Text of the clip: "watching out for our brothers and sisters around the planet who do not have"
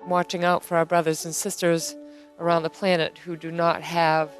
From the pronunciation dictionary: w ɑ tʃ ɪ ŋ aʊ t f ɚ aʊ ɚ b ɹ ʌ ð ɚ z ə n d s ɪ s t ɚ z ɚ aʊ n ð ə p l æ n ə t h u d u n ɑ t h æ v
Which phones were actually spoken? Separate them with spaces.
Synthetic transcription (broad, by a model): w ɑ tʃ ɪ ŋ aʊ t f ɚ aʊ ɚ b ɹ ʌ ð ɚ z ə n s ɪ s t ɚ z ɚ aʊ n ð ə p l æ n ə t h u d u n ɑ t h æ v